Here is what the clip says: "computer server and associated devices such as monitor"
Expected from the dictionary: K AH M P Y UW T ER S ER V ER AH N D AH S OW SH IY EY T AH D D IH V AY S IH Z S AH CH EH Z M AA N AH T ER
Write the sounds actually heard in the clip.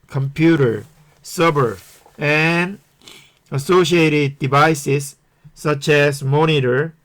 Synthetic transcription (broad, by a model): K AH M P Y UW T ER S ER B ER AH N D AH S OW SH IY EY T AH D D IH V AY S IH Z S AH CH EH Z M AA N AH T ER